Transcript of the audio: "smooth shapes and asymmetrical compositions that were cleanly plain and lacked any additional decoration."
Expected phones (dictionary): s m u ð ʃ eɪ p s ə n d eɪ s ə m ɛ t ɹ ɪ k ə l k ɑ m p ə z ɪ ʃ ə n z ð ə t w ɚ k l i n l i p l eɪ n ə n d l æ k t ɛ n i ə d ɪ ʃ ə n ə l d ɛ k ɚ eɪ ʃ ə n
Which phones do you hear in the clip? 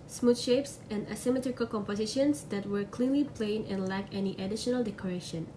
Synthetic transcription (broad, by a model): s m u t ʃ eɪ p s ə n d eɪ s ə m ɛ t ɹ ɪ k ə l k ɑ m p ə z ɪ ʃ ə n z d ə t w ɚ k l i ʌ l i p l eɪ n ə n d l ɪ k ɛ n i ə d ɪ ʃ ə n ə l d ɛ k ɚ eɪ ʃ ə n